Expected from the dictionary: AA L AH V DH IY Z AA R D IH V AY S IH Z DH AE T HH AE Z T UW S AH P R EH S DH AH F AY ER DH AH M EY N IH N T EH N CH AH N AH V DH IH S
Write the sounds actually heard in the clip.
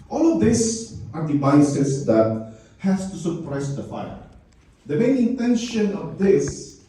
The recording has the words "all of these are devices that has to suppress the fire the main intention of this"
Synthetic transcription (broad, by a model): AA L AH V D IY S AA R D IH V AY S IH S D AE T HH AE S T UW S AH P R EH S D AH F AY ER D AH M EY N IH N T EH N SH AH N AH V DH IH S